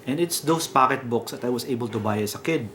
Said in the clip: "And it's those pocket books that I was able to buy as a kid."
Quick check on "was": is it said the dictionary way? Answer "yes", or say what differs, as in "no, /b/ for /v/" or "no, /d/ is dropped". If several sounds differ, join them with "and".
no, /s/ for /z/